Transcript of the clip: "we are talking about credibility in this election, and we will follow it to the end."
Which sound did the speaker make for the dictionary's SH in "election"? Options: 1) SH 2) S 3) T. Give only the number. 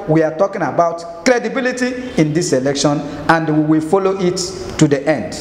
1